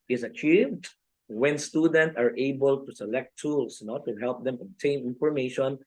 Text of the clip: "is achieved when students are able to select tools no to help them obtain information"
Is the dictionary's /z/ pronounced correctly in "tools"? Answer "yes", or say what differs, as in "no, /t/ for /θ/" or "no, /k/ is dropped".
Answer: no, /s/ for /z/